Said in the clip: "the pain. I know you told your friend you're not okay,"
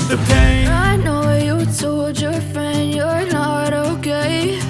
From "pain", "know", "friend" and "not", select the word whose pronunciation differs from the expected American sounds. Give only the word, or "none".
pain